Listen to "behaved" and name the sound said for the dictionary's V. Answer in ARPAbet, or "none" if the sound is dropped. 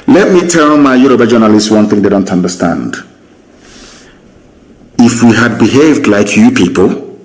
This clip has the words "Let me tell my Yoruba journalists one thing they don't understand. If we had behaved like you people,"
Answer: V